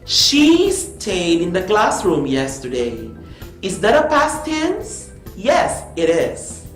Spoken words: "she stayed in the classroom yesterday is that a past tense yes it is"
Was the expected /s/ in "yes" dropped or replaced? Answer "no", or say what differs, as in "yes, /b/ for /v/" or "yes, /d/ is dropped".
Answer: no